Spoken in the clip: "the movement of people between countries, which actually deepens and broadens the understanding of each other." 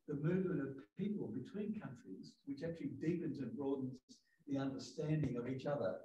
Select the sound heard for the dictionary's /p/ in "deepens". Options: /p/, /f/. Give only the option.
/p/